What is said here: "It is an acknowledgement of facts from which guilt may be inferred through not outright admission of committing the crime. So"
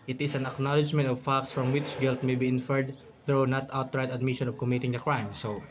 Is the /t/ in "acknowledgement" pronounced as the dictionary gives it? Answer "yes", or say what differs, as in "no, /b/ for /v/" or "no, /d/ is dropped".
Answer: yes